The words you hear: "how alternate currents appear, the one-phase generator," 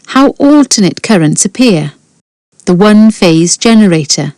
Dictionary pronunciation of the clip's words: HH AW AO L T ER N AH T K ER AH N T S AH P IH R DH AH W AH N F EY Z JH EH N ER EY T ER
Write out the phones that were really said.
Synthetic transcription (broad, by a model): HH AW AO L T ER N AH T K ER AH N T S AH P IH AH DH AH W AH N F EY Z JH EH N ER EY T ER